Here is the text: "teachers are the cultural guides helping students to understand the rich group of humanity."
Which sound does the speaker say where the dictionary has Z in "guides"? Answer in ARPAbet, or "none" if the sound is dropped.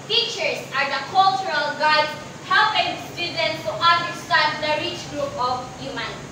none